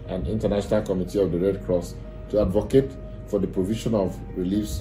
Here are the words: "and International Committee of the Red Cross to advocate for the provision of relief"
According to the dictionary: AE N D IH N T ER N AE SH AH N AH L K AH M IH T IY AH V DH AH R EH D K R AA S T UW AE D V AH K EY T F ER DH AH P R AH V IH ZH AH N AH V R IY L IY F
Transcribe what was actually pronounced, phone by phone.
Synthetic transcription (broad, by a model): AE N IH N T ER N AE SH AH N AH L K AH M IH T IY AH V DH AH R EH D K R AA S T UW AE D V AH K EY T F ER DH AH P R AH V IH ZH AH N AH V R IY L IY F